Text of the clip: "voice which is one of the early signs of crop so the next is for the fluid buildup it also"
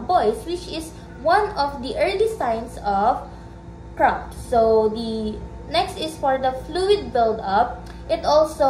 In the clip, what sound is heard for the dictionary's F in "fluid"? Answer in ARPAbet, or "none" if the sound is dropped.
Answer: F